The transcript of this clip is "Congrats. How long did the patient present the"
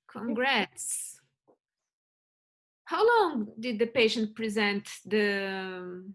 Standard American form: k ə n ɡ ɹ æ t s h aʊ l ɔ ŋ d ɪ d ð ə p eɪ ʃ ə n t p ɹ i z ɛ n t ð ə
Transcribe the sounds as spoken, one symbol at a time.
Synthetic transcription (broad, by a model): k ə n ɡ ɹ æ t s h aʊ l ɔ ŋ d ɪ d ð ə p eɪ ʃ ə n t p ɹ i z ɛ n t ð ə